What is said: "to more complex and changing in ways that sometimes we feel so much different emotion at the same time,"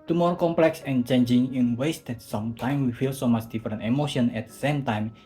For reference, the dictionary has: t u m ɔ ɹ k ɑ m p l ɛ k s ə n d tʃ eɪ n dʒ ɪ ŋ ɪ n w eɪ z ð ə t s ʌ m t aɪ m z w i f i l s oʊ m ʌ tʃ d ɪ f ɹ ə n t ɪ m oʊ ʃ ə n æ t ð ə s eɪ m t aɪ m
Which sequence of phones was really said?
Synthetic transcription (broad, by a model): t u m ɔ ɹ k ɑ m p l ɛ k s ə n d tʃ eɪ n dʒ ɪ ŋ ɪ n w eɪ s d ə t s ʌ m t aɪ m w i f i l s oʊ m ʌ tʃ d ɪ f ɹ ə n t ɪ m oʊ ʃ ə n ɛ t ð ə s eɪ m t aɪ m